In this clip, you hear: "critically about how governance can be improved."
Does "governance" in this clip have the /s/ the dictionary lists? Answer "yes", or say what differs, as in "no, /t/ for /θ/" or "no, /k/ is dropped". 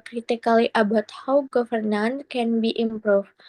no, /s/ is dropped